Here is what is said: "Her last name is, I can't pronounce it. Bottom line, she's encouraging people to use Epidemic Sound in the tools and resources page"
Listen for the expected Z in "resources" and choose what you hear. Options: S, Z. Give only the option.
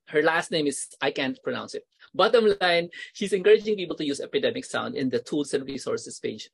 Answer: S